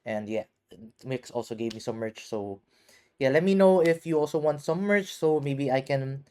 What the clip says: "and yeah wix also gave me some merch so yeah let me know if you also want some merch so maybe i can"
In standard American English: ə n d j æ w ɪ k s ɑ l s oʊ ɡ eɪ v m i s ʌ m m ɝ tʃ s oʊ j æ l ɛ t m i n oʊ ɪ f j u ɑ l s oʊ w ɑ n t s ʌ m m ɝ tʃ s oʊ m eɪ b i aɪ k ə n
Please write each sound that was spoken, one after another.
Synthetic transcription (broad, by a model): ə n d j æ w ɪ k s ɑ l s oʊ ɡ eɪ v m i s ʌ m m ɝ tʃ s oʊ j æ l ɛ t m i n oʊ ɪ f j u ɑ l s oʊ w ɑ n t s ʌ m m ɝ tʃ s oʊ m eɪ b i aɪ k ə n